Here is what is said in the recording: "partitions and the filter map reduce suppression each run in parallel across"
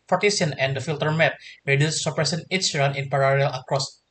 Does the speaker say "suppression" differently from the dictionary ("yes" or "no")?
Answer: yes